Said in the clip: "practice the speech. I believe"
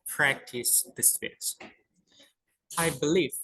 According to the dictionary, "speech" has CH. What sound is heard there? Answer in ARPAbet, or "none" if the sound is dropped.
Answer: S